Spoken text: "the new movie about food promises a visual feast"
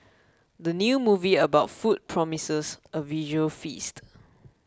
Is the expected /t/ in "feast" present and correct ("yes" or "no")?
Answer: yes